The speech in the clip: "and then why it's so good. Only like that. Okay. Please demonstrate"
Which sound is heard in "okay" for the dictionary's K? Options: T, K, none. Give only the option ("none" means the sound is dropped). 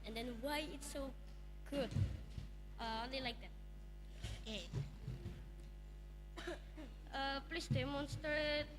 none